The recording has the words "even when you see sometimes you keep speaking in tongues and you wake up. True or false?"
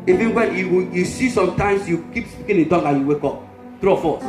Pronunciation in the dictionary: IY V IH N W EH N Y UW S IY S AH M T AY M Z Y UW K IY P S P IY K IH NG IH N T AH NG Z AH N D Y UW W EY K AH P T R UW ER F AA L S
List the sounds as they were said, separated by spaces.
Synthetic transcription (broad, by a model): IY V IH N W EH N Y UW S IY S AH M T AY M S Y UW K IY P S P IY K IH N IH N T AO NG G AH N Y UW W EY K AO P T R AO F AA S